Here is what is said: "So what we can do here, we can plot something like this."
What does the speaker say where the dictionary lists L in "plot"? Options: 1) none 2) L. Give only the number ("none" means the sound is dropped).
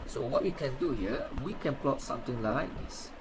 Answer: 2